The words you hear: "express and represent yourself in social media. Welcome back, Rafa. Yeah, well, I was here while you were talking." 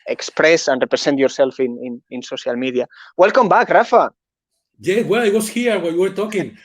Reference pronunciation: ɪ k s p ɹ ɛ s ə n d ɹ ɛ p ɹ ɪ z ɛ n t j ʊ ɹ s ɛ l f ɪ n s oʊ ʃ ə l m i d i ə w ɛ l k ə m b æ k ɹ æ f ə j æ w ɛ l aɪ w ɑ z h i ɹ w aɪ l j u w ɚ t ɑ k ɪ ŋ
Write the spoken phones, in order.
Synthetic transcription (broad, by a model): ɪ k s p ɹ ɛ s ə n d ɹ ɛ p ɹ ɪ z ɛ n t j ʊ ɹ s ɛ l f ɪ n s oʊ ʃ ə l m i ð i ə w ɛ l k ə m b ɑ k ɹ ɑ f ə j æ w ɛ l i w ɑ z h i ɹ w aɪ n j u w ɚ t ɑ k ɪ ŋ